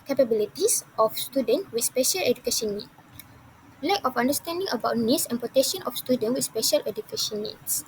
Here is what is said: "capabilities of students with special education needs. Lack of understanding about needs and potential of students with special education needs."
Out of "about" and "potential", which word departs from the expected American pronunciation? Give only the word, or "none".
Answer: potential